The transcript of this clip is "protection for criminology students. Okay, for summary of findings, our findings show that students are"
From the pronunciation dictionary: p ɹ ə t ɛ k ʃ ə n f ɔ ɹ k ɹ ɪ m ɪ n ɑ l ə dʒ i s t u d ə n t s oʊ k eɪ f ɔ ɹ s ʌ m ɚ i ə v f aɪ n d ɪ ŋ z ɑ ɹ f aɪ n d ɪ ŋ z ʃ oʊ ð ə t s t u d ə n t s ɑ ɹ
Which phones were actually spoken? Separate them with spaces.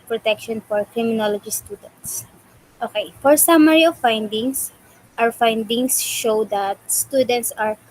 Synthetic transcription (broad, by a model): p ɹ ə t ɛ k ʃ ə n f ɔ ɹ k ɹ ɪ m ɪ n ɑ l ə dʒ i s t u d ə n t s oʊ k eɪ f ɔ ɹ s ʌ m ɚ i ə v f aɪ n d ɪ ŋ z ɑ w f aɪ n d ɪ ŋ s ʃ oʊ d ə t s t u d ə n t s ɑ ɹ